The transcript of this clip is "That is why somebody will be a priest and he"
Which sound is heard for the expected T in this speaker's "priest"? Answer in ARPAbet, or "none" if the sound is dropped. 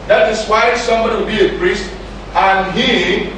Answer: T